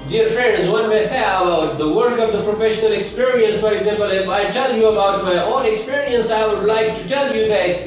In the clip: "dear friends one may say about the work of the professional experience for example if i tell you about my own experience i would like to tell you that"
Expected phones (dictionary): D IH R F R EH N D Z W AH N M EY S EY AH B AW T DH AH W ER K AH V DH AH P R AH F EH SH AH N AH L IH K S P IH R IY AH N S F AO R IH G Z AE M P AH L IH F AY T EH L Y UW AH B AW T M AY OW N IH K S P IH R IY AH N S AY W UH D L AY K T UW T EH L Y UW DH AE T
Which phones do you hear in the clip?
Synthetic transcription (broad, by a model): D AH R F R EH N D Z W AH N M EY S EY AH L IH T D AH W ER K AH V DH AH P R AH F EH SH AH N AH L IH K S P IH R IY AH N S F AO R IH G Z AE M P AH L IH F AY T EH L Y UW AH B AW T M AY OW N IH K S P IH R IY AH N S AY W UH D L AY K T UW T EH L Y UW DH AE T